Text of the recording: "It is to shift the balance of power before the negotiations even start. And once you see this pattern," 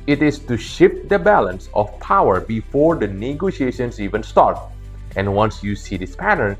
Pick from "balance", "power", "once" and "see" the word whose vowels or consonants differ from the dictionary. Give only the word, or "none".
none